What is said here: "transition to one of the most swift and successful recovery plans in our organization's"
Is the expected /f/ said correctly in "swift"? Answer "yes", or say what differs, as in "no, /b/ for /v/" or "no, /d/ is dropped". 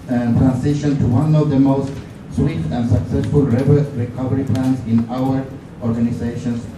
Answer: no, /f/ is dropped